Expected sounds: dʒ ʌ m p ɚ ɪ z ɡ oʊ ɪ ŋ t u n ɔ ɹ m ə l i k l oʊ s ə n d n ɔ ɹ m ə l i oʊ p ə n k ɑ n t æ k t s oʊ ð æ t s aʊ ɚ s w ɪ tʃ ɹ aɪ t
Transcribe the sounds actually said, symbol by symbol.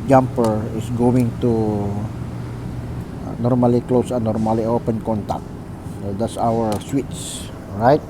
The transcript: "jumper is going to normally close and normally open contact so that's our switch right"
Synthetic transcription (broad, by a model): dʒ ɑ m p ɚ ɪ s ɡ oʊ ɪ ŋ t u n ɔ ɹ m ə l i k l oʊ s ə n n ɔ ɹ m ə l i oʊ p ə n k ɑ n t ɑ k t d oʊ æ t s aʊ ɚ s w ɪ s ɹ aɪ t